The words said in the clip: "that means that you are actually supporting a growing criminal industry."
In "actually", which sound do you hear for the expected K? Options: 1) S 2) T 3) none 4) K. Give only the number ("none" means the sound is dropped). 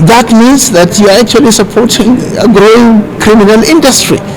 4